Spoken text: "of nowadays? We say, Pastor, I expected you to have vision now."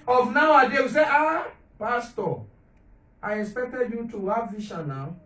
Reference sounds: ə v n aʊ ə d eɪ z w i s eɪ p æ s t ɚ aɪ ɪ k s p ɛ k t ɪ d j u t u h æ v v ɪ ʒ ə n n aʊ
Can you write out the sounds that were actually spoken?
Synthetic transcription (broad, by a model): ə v n aʊ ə d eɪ w i s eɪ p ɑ s t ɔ aɪ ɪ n s p ɛ k t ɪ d j u t u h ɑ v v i ʃ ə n n aʊ